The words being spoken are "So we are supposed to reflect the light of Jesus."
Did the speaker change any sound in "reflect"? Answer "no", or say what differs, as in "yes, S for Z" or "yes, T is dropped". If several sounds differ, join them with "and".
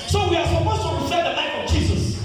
yes, L is dropped